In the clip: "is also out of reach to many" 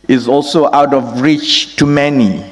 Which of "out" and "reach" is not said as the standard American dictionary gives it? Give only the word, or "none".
none